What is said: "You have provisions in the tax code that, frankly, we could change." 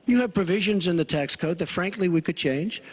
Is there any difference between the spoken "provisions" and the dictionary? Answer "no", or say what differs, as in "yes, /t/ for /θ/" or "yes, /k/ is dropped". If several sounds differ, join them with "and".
no